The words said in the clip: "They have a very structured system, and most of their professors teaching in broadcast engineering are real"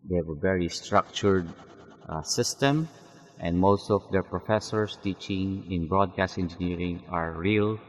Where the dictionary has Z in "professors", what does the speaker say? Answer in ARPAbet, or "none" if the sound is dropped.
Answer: S